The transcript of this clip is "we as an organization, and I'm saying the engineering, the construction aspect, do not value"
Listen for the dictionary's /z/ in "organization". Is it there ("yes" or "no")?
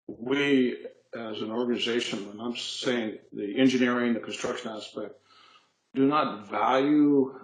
yes